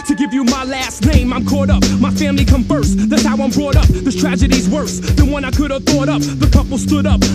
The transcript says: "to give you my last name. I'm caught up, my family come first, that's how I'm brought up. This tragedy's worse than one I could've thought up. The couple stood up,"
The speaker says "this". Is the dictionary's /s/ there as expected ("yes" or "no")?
no